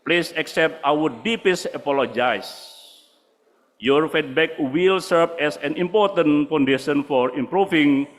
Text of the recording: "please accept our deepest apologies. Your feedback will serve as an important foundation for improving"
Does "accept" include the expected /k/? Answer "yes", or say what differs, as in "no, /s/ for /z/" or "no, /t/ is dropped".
yes